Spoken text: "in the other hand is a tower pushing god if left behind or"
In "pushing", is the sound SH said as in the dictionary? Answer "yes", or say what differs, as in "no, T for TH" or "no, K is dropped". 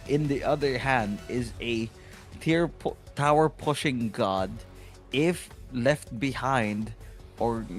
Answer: yes